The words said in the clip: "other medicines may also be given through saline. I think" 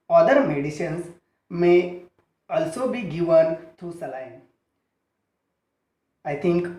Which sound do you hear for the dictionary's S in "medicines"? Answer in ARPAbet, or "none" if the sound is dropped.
SH